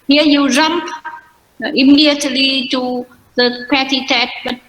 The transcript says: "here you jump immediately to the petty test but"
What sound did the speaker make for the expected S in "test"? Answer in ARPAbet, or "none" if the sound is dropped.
none